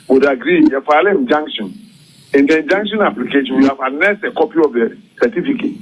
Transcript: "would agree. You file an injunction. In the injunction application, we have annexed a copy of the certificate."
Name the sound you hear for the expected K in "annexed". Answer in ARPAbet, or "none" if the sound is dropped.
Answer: none